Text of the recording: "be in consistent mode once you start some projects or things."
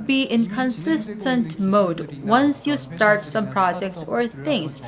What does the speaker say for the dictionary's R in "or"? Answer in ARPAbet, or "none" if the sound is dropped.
R